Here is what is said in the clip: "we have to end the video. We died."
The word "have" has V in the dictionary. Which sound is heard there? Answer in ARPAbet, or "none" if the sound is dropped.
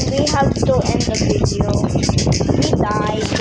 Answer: P